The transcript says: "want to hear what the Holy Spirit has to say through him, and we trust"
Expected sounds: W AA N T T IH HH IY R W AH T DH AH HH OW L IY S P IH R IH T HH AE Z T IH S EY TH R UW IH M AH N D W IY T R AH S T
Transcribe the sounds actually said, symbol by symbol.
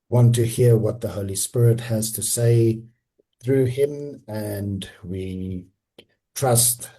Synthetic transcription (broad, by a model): W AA N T T IH HH IY R W AH T DH AH HH OW L IY S P IH R IH T HH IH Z T IH S EY TH R UW IH M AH N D W IY T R AH S T